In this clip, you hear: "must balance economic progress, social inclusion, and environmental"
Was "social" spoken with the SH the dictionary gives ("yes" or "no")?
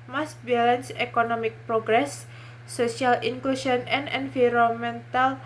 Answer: no